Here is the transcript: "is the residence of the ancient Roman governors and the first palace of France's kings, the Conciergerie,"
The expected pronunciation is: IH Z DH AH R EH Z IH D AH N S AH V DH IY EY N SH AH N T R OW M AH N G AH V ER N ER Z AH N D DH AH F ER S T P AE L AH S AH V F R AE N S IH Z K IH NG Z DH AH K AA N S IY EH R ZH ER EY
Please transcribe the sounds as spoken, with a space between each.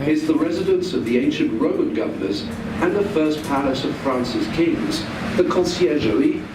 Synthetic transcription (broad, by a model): IH Z DH AH R EH Z IH D AH N S AH V DH IY EY N SH AH N T R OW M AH N G AH V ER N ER Z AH N DH AH F ER S P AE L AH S AH V F R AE N S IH S K IH NG Z DH AH K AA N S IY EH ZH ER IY